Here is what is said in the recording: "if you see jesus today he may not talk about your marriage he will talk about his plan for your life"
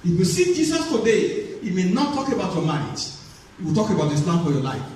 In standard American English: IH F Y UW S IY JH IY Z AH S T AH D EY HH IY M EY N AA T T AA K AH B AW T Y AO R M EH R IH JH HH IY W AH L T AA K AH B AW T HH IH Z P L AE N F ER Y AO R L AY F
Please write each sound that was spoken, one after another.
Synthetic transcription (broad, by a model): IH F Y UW S IY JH IY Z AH S T AH D EY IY M EY N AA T T AA K AH B AW T Y AO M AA IH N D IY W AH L T AA K AH B AW T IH S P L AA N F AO Y AO L AY F